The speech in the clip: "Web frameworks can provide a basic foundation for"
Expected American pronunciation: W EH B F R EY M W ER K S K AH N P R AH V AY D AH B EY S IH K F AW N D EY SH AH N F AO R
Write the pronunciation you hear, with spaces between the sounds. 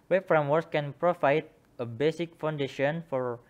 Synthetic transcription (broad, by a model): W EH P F R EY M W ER S K AH N P R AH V AY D AH B EY S IH K F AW N D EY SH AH N F AO R